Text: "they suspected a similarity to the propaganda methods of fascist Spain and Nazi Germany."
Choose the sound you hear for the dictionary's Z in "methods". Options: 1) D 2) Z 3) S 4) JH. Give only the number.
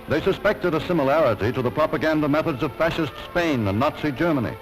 2